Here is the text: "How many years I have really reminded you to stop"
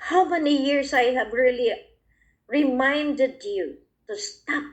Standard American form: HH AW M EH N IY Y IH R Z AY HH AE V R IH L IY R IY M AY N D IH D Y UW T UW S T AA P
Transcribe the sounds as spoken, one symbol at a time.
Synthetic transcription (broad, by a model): HH AW M EH N IY Y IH R S AY HH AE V R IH L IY R IY M AY N D IH D Y UW T UW S T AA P